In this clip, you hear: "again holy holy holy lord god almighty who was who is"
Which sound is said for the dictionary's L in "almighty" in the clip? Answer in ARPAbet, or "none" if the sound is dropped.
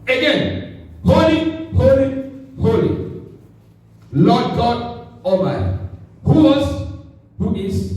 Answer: none